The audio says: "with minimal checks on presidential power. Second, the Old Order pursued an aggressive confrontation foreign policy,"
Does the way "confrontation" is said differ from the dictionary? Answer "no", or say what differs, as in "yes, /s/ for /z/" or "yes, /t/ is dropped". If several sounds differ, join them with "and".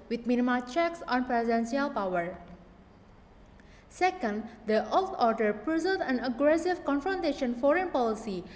no